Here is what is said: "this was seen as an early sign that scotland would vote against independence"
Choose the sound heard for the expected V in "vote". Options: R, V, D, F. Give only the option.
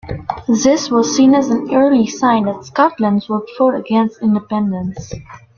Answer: F